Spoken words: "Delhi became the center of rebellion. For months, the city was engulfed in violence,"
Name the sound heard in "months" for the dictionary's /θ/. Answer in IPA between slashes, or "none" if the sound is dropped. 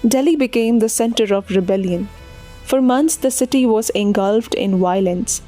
/t/